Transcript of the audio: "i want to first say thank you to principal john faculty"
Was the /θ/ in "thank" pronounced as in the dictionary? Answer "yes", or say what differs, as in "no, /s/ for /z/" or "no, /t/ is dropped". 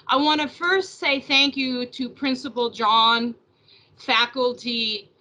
yes